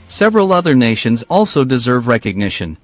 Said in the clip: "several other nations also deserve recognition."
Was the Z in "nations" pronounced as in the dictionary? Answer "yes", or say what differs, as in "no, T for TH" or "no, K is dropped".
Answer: yes